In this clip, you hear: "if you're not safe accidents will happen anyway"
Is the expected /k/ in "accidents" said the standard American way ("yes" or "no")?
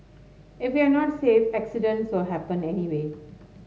yes